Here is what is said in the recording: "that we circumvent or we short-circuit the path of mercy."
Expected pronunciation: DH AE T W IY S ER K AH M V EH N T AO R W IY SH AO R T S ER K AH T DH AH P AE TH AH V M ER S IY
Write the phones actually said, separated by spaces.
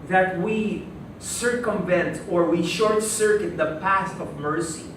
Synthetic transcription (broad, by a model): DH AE T W IY S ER K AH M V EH N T AO R W IY SH AO R T S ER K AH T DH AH P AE T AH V M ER S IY